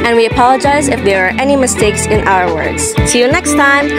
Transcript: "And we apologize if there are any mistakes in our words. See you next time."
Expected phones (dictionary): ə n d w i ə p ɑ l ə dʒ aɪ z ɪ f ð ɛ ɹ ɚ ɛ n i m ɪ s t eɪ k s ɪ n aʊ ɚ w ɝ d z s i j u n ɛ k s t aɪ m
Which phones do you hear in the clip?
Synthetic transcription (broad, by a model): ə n w i ə p ɑ l ə dʒ aɪ z ɪ f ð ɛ ɹ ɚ ɛ n i m ɪ s t eɪ k s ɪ n aʊ ɚ w ɝ d z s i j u n ɛ k s t aɪ m